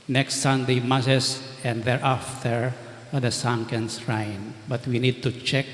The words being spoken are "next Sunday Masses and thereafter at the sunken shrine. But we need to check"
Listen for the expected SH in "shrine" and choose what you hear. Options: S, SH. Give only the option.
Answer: S